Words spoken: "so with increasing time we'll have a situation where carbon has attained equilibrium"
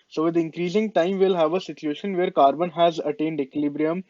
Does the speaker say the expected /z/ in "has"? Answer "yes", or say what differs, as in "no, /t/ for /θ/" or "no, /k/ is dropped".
yes